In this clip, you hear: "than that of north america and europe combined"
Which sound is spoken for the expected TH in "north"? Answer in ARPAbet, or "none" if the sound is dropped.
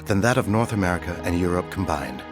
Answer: TH